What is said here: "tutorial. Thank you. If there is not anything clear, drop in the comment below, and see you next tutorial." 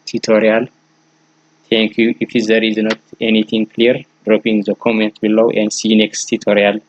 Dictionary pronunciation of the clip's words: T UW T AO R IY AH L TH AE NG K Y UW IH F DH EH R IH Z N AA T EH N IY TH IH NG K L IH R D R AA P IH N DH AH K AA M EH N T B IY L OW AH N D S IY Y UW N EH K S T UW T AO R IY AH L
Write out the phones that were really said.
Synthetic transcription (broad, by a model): T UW T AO R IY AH L T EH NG K Y UW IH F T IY R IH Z N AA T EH N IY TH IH NG K L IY R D R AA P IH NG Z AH K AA M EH N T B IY L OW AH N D S IY N EH K S T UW T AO R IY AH L